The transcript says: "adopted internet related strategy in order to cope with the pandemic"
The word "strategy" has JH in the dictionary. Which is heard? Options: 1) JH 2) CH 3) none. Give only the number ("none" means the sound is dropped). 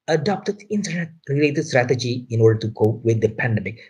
1